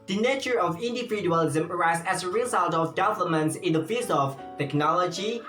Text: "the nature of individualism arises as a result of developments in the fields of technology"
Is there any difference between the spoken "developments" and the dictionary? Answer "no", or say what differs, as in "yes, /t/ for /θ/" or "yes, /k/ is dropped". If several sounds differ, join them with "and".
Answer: yes, /p/ is dropped